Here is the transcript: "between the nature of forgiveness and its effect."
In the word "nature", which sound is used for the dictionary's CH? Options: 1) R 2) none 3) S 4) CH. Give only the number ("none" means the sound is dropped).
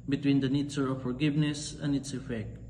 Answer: 3